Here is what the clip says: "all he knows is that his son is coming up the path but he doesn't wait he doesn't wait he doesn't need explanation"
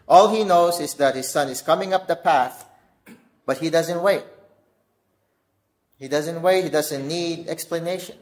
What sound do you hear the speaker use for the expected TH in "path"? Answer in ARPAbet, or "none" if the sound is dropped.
TH